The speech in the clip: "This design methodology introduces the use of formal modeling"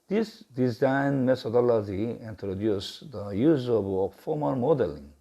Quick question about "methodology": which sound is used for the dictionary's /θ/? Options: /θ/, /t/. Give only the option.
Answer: /t/